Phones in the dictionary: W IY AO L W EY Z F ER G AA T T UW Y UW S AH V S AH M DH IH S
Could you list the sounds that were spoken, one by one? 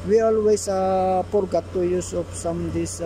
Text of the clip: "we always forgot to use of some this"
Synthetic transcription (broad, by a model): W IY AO L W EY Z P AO G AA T T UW Y UW S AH P S AH M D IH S